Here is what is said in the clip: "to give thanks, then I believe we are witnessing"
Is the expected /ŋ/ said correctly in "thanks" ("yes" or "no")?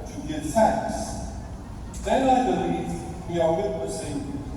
no